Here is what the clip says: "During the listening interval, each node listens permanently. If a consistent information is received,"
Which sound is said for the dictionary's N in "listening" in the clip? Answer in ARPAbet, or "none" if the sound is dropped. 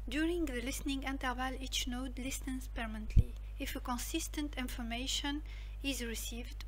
N